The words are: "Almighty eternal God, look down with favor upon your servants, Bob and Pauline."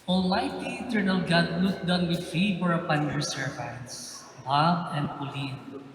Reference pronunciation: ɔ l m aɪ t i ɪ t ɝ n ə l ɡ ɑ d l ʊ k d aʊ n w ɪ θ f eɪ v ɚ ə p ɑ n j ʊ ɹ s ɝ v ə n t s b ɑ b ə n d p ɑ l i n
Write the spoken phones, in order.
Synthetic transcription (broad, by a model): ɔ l aɪ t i ɪ t ɝ n ə l ɡ ɑ d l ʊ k d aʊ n w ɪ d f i f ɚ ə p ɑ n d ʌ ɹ s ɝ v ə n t s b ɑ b ə n d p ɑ l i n